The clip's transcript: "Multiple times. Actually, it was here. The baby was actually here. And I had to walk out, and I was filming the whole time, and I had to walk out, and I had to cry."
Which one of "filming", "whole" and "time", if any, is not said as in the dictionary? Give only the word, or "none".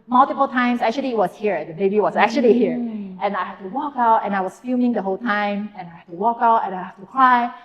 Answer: filming